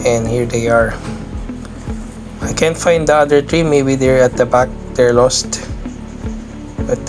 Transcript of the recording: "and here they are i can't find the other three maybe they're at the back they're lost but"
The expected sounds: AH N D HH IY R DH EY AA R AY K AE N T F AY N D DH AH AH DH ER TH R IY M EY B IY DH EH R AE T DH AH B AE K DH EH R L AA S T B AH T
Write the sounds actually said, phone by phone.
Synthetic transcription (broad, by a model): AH N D HH IY R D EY AA R AY K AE N T F AY N D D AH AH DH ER T R IY M EY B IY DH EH R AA T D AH B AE K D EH R L AA S T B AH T